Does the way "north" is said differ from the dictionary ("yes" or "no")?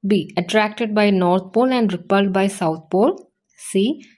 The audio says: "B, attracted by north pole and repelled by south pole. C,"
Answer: yes